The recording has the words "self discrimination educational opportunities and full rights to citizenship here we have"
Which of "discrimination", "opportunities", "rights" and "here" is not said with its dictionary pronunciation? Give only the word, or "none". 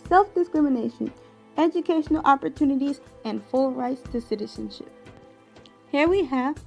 none